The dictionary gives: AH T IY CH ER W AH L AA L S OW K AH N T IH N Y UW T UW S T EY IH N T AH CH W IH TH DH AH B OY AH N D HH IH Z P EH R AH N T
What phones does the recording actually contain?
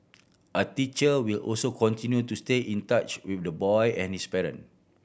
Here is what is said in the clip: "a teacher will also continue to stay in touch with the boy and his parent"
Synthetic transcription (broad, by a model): AH T IY CH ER W AH L AA L S OW K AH N T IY N Y UW T UW S T EY IH N T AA CH W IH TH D AH B OY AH N HH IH S P EH R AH N